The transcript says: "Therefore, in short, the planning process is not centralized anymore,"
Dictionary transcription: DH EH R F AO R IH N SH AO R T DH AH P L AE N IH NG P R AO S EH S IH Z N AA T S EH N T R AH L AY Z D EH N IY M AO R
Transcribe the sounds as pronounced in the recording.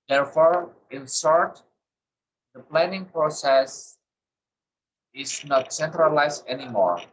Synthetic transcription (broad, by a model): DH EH R F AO R IH N S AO R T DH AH P L AE N IH NG P R AO S EH S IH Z N AA T S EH N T R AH L AY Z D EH N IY M AO R